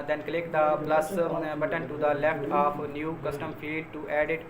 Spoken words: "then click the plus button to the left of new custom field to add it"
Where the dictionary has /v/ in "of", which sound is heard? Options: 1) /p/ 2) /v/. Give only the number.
1